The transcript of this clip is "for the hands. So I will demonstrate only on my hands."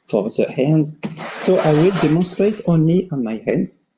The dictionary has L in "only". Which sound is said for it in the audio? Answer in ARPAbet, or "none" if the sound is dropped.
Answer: L